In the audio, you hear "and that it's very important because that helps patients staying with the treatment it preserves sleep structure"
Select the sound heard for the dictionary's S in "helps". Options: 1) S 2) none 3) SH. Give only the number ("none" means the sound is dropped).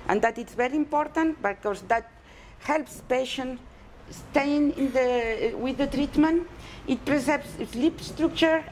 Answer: 1